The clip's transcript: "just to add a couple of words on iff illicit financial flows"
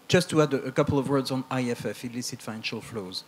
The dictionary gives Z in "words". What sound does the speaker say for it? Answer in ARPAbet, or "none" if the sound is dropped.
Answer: Z